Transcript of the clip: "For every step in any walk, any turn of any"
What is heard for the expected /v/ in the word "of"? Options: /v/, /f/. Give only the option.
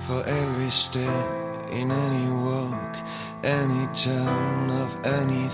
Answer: /v/